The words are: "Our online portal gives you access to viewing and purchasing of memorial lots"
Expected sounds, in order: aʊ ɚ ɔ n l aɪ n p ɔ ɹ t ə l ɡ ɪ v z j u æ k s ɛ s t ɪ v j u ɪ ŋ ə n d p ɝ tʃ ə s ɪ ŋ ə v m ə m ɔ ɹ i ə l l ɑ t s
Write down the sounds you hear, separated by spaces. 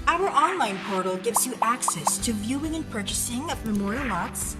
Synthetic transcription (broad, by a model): aʊ ɚ ɔ n l aɪ n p ɔ ɹ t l ɡ ɪ v z j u æ k s ɛ s t ɪ v j u ɪ ŋ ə n p ɝ tʃ ə s ɪ ŋ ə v m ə m ɔ ɹ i l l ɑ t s